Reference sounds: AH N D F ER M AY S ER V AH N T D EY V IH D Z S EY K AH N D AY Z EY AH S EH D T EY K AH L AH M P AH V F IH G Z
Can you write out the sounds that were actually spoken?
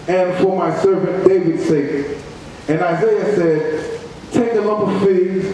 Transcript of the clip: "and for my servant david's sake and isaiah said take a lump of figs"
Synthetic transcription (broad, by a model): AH N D F ER M AY S ER V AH N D EY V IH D S EY K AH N AY Z EY AH S EH D T EY K AH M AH P AH V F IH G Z